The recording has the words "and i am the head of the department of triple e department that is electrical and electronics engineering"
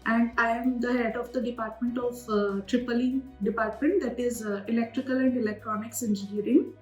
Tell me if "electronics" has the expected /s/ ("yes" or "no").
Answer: yes